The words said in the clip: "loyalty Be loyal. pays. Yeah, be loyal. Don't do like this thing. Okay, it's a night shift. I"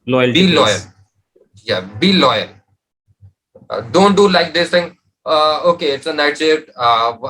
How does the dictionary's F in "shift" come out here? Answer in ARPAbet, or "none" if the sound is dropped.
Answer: none